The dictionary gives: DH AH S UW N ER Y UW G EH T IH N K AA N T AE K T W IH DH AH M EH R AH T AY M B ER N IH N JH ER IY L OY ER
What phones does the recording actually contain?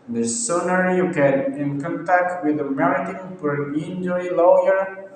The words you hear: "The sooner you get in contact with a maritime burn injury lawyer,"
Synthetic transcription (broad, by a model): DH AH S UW N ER Y UW G EH T IH N K AA N T AE K T W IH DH AH M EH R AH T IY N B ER IH N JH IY L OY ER